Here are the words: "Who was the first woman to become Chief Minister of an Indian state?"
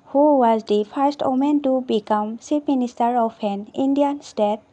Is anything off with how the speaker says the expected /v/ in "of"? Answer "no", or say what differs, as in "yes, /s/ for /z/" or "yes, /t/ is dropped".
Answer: yes, /p/ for /v/